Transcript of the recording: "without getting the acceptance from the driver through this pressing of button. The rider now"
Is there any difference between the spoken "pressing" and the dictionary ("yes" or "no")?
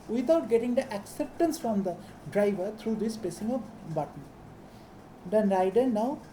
yes